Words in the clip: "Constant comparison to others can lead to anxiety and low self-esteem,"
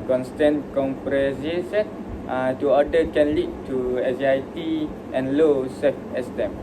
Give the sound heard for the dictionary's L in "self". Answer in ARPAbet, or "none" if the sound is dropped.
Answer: none